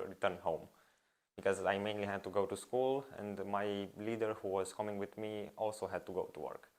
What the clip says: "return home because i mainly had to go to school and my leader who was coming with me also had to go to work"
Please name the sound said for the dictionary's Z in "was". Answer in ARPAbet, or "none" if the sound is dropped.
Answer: S